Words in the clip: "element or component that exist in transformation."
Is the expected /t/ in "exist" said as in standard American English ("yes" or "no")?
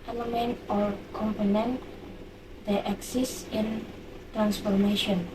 no